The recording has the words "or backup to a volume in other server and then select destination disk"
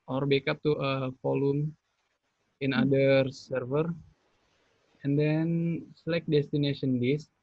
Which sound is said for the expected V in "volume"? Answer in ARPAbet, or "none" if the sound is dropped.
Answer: F